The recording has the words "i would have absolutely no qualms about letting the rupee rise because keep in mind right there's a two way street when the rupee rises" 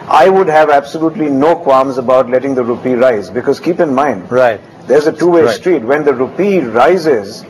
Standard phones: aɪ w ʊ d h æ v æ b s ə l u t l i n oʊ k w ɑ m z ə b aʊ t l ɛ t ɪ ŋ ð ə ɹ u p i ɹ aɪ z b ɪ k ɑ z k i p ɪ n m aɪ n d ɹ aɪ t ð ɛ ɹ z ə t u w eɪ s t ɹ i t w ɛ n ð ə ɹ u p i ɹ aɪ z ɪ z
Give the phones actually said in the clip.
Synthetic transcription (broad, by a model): aɪ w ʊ d h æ v æ b s ə l u t l i n oʊ k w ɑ m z ə b aʊ t l ɛ t ɪ ŋ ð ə ɹ u p i ɹ aɪ z b ɪ k ɑ z k i p ɪ n m aɪ n d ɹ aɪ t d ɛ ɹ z ə t u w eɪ s t ɹ i t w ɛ n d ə ɹ u p i ɹ aɪ z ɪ z